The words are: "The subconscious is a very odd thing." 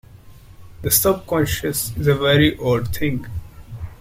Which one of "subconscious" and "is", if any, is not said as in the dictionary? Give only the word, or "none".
none